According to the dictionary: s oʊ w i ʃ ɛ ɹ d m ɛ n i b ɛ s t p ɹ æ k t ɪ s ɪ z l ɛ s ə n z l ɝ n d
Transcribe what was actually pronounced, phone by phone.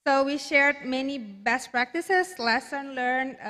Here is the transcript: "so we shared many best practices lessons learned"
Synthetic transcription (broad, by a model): s oʊ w i ʃ ɛ ɹ d m ɛ n i b ɛ s t p ɹ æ k t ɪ s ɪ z l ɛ s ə n l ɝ n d